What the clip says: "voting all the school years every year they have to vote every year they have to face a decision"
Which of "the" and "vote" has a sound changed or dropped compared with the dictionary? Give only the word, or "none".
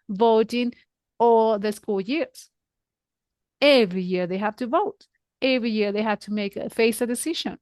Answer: none